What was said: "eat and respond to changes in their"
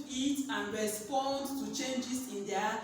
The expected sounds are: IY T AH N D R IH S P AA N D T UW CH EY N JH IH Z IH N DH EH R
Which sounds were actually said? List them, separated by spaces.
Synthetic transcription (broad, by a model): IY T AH N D R IH S P AA N D T UW CH EY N JH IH S IH N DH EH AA